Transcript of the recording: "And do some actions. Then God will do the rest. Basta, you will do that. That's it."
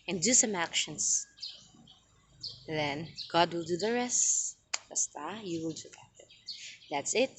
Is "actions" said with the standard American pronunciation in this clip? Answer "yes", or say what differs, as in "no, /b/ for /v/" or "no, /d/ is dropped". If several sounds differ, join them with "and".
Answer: no, /s/ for /z/